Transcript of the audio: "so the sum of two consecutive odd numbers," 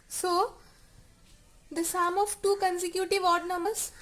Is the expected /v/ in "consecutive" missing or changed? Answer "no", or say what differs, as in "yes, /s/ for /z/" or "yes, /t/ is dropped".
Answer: no